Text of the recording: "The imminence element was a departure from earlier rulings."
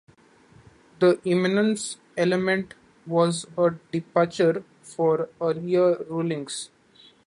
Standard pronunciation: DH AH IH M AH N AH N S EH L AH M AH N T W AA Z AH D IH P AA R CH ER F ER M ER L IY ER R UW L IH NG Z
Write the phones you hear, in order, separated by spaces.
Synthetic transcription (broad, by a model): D AH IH M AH N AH N S EH L AH M AH N T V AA Z AH D IH P AA R CH ER F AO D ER IY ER R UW L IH NG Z